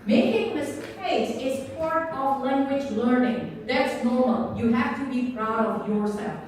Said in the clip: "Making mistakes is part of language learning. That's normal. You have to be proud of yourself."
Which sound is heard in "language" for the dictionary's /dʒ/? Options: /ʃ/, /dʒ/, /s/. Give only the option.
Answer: /dʒ/